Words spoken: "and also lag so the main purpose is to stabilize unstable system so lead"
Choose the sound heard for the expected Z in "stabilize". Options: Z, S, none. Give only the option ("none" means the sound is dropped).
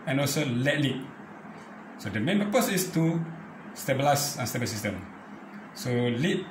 S